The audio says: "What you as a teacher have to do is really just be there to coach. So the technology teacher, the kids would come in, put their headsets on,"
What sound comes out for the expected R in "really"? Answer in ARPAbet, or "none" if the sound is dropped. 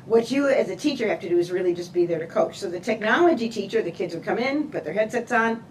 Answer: R